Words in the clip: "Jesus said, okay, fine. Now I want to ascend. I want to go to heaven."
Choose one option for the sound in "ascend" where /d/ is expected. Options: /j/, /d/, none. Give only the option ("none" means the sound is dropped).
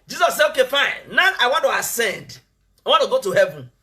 /d/